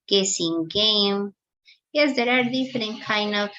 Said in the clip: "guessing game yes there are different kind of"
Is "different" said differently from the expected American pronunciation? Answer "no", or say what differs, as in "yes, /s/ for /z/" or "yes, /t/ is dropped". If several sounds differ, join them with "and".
yes, /ɹ/ is dropped